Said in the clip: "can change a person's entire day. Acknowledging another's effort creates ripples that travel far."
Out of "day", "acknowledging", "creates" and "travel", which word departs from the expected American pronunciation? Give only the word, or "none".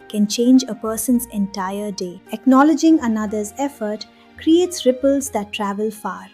none